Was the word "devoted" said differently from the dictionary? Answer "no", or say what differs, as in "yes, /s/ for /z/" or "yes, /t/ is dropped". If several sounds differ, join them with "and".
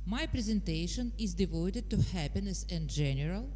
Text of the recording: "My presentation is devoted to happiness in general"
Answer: no